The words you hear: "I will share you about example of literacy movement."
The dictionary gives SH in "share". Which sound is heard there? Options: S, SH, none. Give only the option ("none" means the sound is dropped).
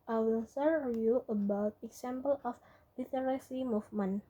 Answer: S